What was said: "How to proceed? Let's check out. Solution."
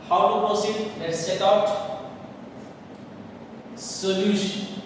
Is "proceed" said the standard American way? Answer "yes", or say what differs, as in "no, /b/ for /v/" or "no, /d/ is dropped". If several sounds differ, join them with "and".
no, /ɹ/ is dropped